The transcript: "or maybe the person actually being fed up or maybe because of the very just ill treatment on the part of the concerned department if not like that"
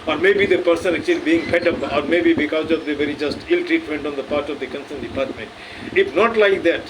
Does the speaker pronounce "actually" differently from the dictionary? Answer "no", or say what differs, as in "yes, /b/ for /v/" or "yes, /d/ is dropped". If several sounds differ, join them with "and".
no